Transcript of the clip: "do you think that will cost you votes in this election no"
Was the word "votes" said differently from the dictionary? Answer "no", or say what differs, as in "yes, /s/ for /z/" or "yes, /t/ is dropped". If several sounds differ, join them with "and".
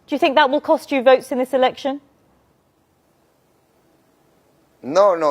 no